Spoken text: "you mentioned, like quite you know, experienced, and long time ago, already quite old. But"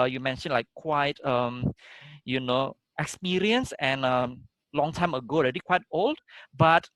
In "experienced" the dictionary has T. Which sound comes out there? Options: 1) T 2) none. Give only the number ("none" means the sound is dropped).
2